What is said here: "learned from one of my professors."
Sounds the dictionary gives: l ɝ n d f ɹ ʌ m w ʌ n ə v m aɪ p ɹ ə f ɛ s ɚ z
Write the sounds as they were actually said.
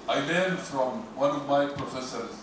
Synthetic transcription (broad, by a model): l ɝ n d f ɹ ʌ m w ʌ n ə v m aɪ p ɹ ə f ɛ s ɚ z